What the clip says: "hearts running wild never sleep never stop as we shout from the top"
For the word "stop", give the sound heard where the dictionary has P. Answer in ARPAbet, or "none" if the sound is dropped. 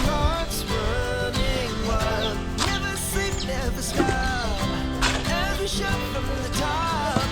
none